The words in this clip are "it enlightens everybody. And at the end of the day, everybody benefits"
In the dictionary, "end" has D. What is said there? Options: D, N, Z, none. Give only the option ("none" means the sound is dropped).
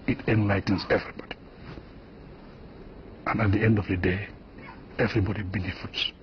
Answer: D